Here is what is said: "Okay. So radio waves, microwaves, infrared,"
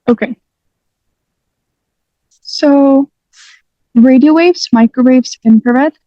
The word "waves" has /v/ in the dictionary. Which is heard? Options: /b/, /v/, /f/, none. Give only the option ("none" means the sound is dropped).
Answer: /v/